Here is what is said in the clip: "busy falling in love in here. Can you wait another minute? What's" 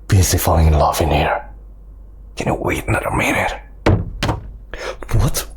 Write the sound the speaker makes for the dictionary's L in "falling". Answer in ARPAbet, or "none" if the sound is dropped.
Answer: none